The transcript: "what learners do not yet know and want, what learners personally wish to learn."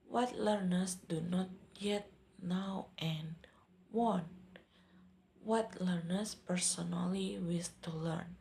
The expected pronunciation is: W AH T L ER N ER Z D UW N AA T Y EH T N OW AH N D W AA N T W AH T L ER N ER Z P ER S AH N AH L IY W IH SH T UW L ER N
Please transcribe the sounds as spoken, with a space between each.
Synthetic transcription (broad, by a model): W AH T L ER N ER S D UW N AA T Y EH T N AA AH N W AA N W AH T L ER N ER S P ER S AH N AH L IY W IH S T UW L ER N